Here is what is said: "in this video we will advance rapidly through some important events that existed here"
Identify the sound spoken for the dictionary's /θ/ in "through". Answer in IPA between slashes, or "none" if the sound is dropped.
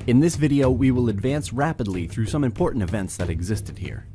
/θ/